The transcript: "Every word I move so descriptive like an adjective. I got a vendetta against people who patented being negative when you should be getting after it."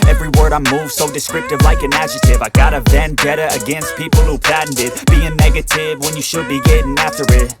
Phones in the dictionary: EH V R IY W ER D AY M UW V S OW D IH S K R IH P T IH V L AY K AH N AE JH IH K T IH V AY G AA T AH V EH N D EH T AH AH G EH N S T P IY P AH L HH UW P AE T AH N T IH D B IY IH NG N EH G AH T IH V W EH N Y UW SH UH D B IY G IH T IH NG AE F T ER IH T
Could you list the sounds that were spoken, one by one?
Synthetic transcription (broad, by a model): EH V R IY W ER D AY M UW V S OW D IH S K R IH P T IH V L AY K AH N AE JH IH T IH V AY G AA T AH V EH N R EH T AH AH G EH N S T P IY P L HH UW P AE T N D IH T B IY IH NG N EH G AH T IH V W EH N Y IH SH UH D B IY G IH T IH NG AE F T ER IH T